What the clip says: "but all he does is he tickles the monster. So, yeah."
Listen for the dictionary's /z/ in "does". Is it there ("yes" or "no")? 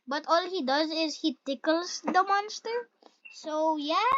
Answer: yes